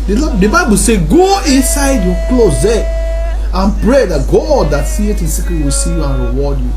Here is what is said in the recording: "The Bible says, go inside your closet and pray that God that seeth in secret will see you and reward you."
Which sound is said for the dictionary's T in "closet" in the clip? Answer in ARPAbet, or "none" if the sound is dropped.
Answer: none